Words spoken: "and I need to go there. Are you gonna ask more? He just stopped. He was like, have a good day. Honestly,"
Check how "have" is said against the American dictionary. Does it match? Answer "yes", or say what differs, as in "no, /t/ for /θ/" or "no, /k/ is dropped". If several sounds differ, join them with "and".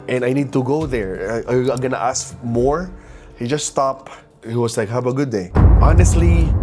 no, /b/ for /v/